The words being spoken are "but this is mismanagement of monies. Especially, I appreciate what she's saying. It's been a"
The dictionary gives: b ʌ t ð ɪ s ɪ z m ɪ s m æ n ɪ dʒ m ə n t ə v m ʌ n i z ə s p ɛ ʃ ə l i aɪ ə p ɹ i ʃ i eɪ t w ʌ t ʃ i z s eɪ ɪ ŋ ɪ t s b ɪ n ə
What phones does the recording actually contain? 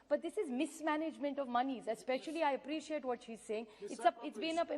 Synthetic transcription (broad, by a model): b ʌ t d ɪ s ɪ z m ɪ s m æ n ɪ dʒ m ə n t ə v m ʌ n i z ə s p ɛ ʃ ə l i aɪ ə p ɹ i ʃ i eɪ t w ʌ t ʃ i z s eɪ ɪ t ɪ t s b ɪ n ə